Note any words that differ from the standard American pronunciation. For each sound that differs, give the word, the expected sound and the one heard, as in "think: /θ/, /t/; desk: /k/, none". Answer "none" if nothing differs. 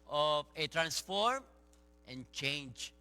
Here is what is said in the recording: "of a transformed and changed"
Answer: transformed: /d/, none